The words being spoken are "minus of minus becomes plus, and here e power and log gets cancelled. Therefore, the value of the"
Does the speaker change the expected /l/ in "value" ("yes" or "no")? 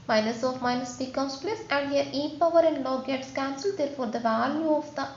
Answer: no